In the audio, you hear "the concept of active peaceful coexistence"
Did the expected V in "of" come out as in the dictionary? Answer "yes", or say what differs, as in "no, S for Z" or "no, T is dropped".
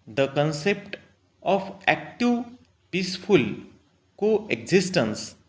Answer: no, P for V